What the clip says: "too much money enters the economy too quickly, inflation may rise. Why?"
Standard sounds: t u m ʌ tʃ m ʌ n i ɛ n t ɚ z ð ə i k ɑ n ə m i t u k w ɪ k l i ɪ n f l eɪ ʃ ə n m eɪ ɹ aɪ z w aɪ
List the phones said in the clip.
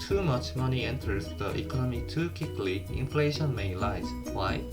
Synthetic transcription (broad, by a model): t u m ʌ tʃ m ʌ n i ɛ n t ɚ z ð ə i k ɑ n ə m i t u k w ɪ k l i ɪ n f l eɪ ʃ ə n m eɪ l aɪ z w aɪ